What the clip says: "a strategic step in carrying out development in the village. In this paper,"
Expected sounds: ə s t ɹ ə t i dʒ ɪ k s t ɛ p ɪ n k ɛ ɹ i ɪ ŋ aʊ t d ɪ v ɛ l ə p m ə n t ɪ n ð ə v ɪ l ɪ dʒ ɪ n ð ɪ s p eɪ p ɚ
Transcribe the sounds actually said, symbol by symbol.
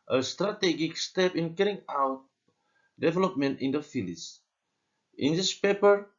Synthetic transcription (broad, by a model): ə s t ɹ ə t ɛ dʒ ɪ k s t ɛ p ɪ n k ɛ ɹ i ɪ ŋ aʊ t d ɪ v ɛ l ə p m ə n t ɪ n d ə f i l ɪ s ɪ n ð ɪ s p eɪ p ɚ